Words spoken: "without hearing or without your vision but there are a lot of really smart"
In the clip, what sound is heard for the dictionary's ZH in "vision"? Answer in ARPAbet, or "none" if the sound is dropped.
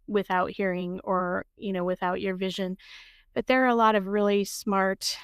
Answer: ZH